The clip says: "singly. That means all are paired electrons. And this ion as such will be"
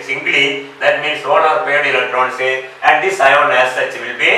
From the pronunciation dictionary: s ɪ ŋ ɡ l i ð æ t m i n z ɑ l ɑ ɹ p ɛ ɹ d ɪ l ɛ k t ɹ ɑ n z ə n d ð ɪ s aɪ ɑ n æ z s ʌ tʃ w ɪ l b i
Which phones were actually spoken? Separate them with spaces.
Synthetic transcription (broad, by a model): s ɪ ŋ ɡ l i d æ t m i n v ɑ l ɑ ɹ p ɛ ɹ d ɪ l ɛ t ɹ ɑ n s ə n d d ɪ s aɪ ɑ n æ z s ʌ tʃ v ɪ l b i